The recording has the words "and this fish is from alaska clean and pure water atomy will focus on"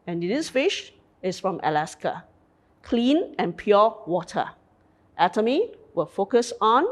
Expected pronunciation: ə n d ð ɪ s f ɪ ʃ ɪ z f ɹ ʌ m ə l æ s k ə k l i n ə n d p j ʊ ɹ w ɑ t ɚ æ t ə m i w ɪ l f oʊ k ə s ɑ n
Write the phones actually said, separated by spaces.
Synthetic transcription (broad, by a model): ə n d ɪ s f ɪ ʃ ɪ s f ɹ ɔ m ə l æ s k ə k l i n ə n p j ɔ w ɑ t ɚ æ t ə m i w ɪ l f oʊ k ə s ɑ n